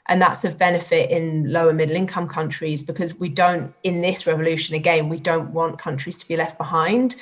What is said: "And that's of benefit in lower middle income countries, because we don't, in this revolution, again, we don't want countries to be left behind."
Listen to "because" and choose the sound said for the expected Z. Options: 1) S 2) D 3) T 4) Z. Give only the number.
4